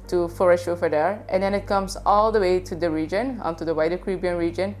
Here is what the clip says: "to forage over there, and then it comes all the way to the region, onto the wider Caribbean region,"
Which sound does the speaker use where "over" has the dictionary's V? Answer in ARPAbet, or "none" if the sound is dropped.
F